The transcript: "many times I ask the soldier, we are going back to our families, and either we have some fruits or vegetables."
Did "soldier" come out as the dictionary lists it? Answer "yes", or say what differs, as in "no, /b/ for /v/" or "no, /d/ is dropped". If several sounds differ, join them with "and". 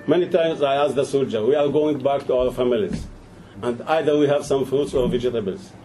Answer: yes